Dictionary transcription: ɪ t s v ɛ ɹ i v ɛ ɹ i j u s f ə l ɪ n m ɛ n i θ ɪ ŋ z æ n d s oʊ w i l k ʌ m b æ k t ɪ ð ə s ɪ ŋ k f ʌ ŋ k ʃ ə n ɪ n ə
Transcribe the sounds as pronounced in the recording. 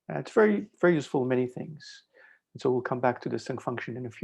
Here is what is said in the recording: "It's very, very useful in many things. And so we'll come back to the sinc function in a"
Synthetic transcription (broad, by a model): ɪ t s v ɛ ɹ i v ɛ ɹ i j u s f l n m ɛ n i θ ɪ ŋ z n s oʊ w i l k ʌ m b æ k t ɪ ð ə s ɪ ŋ f ʌ ŋ k ʃ ə n ɪ n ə